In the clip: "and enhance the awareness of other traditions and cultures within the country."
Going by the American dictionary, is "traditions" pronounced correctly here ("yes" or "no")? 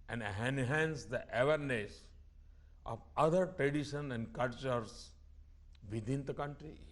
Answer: no